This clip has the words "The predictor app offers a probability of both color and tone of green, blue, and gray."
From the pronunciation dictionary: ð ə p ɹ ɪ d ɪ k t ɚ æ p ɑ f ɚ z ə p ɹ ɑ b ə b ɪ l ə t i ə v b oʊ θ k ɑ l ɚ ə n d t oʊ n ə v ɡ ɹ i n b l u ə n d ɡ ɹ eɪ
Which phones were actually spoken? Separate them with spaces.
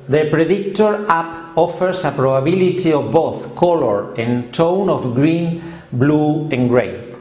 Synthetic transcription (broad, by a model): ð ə p ɹ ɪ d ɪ k t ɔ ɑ p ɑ f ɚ s ə p ɹ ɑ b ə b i l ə t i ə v b oʊ θ k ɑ l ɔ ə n t oʊ n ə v ɡ ɹ i n b l u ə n ɡ ɹ eɪ